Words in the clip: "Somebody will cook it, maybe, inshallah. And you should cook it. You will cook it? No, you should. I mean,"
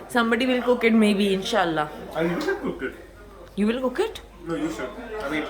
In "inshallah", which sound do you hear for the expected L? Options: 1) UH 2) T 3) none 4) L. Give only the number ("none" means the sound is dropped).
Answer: 3